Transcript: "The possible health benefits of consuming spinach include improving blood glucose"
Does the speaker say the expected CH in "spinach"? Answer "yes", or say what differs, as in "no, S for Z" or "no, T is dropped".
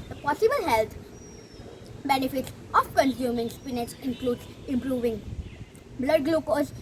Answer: no, S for CH